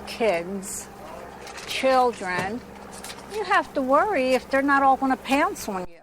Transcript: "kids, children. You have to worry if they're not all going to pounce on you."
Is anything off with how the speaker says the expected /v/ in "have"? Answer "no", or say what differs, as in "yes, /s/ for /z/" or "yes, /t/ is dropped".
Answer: yes, /f/ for /v/